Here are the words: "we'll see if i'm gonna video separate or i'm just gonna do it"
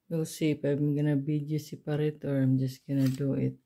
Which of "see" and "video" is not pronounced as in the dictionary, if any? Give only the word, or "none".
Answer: video